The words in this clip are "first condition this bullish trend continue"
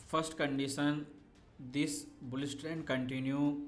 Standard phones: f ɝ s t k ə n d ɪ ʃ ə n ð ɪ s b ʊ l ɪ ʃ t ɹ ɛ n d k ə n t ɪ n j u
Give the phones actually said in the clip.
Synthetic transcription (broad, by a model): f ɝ s t k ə n d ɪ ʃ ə n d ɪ s b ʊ l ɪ s t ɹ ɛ n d k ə n t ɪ n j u